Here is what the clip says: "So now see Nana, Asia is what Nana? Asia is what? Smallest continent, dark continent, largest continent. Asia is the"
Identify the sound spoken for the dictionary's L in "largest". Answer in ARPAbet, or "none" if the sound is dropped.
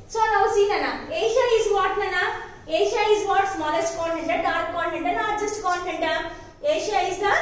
N